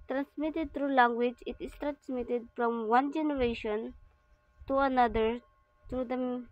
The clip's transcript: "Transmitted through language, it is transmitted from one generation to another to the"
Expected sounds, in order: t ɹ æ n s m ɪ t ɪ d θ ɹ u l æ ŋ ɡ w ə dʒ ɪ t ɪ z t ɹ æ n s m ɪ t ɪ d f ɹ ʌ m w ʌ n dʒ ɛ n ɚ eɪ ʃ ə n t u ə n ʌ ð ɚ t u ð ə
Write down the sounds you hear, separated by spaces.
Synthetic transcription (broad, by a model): t ɹ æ n s m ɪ t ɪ d t ɹ u l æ ŋ ɡ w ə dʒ ɪ t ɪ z t ɹ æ n s m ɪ t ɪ d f ɹ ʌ m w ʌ n dʒ ɛ n ɚ eɪ ʃ ə n t u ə n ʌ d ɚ t u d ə